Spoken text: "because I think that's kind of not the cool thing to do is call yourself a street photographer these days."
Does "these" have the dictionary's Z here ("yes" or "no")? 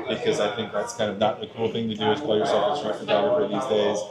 yes